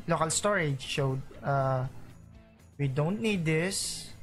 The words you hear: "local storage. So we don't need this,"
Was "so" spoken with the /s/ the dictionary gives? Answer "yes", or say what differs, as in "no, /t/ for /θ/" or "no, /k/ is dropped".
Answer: no, /ʃ/ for /s/